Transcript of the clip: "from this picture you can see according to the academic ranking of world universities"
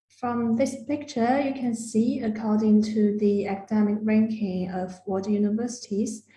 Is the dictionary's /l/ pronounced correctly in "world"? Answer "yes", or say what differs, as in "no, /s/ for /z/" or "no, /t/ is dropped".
no, /l/ is dropped